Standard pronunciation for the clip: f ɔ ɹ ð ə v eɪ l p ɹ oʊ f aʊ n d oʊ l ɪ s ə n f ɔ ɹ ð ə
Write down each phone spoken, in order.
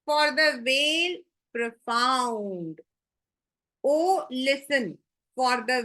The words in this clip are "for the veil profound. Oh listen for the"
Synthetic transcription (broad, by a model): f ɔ ɹ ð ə v eɪ l p ɹ oʊ f aʊ n d oʊ l ɪ s ə n f ɔ ɹ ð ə